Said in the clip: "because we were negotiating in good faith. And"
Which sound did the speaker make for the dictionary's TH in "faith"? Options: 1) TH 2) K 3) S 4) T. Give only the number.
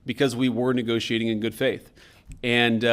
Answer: 1